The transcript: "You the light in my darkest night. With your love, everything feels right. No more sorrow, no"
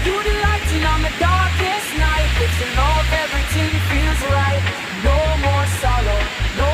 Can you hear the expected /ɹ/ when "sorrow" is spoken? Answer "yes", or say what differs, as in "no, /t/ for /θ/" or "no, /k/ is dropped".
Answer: no, /l/ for /ɹ/